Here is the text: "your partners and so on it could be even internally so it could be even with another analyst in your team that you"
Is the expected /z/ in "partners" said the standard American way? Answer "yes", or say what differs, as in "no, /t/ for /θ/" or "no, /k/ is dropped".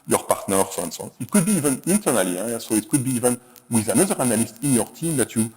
no, /s/ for /z/